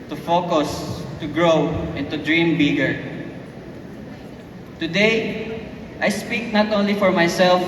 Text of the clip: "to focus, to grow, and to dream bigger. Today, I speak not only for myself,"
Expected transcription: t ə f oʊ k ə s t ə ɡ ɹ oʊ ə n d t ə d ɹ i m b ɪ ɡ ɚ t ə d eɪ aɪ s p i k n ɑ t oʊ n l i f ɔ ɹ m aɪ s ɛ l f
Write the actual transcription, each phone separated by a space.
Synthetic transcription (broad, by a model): t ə f oʊ k ə s t ə ɡ ɹ oʊ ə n t ə d ɹ i m b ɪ ɡ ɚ t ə d eɪ aɪ s p i k n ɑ t oʊ n l i f ɔ ɹ m aɪ s ɛ l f